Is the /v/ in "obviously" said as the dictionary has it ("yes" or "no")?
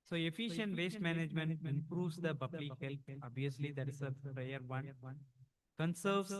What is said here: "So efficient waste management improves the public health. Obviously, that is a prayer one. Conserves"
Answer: no